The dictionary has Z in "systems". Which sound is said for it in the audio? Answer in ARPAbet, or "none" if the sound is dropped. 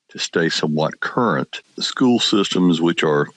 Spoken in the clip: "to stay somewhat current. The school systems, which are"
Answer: Z